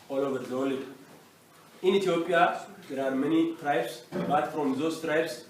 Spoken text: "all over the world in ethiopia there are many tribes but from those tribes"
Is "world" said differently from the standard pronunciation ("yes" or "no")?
yes